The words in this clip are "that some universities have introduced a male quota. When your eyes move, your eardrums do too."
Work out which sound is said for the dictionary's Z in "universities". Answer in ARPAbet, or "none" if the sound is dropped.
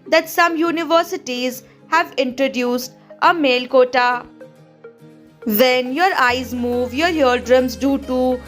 Z